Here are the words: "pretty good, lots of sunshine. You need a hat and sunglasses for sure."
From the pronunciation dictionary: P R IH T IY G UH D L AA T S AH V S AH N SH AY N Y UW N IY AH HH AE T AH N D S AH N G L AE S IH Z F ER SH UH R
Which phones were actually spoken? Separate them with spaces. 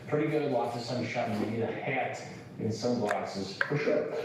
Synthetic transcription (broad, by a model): P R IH T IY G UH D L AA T AH S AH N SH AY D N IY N AH HH AE T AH N S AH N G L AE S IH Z F ER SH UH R